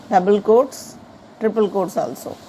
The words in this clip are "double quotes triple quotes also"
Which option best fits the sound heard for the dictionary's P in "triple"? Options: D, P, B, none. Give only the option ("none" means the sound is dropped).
P